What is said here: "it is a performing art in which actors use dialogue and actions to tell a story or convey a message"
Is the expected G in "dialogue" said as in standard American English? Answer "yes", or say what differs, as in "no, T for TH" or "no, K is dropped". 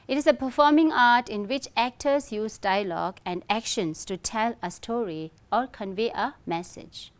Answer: yes